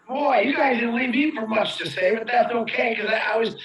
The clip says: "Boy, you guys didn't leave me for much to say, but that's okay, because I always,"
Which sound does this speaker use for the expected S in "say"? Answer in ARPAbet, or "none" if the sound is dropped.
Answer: S